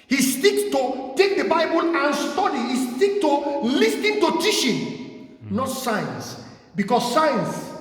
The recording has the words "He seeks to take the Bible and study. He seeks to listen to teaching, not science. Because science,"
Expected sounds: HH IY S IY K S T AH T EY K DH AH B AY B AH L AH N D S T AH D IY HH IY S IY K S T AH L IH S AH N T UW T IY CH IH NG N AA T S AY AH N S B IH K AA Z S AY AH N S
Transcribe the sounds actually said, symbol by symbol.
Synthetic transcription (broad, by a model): HH IY S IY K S T AH T EY K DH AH B AY B AH L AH N S T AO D IY HH IY S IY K T AH L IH S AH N T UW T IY SH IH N N AA T S AY N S B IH K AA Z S AY N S